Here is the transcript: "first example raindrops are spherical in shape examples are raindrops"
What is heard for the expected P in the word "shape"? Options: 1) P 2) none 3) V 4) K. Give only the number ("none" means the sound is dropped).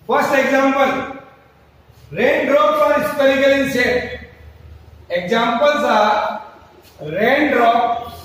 2